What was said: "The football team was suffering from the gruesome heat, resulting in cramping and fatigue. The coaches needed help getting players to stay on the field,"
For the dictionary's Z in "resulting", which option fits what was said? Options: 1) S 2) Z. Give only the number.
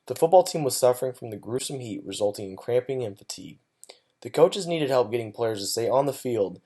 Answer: 2